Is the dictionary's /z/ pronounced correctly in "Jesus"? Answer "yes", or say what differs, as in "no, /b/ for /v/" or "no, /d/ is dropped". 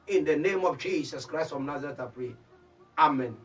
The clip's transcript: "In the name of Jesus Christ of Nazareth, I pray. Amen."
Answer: no, /s/ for /z/